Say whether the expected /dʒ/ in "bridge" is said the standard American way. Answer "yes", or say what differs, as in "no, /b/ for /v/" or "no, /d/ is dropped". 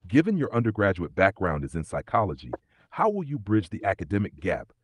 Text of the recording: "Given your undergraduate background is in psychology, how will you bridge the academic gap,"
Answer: yes